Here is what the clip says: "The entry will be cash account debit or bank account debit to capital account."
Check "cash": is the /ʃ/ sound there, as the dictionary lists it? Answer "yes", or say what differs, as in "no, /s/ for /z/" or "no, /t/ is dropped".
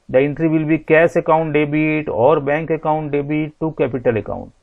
no, /s/ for /ʃ/